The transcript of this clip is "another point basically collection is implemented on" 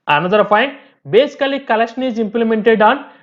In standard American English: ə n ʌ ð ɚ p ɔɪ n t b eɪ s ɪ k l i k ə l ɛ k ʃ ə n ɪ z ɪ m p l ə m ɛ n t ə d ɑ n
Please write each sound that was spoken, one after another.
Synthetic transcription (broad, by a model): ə n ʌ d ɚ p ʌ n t b eɪ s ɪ k l i k ə l ɛ k ʃ ə n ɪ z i m p l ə m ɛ n t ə d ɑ n